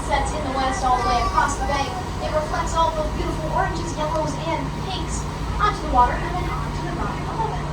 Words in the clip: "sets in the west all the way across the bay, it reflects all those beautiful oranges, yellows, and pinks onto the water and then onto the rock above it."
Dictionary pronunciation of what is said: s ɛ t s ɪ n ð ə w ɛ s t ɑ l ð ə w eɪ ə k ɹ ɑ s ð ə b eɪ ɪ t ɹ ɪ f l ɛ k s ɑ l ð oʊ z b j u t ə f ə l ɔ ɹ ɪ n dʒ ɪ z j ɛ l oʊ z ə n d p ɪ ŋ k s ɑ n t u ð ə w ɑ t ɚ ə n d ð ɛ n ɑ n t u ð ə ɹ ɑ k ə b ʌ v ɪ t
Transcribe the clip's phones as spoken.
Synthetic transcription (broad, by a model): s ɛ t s ɪ n ð ə w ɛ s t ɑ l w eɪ ə k ɹ ɑ s ð ə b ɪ ɪ t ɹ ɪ f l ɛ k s ɑ l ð oʊ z b j u t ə f l ɔ ɹ ɪ n dʒ ɪ z j ɛ l oʊ z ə n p ɪ k s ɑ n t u ð ə w ɑ t ɚ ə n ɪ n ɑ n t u ð ə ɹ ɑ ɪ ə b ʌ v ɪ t